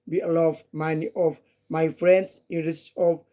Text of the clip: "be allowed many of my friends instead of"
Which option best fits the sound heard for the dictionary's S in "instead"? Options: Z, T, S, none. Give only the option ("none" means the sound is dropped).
none